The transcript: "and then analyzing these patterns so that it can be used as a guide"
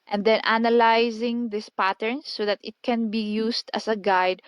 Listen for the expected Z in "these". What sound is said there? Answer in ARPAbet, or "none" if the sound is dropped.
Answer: S